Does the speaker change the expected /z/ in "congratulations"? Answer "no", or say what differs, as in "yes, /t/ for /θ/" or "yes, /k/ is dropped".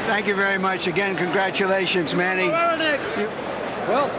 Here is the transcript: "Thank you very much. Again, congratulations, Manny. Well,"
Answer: no